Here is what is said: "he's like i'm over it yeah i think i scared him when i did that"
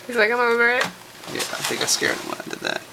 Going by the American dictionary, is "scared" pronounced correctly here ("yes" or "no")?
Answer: no